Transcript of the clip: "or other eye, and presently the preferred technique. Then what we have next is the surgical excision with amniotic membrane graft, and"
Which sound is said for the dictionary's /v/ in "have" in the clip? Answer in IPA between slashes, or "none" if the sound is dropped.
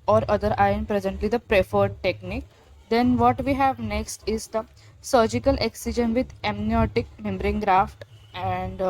/v/